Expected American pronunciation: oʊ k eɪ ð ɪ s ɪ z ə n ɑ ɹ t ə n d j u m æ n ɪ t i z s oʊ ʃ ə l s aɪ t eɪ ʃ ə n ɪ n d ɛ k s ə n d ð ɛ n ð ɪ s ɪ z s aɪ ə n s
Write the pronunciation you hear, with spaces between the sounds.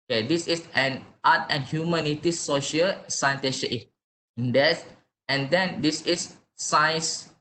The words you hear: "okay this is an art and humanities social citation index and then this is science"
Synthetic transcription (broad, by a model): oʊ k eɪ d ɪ s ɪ s ə n ɑ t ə n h j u m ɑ n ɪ t i s oʊ ʃ ə l s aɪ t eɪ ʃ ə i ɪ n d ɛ s ə n d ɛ n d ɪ s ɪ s aɪ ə n s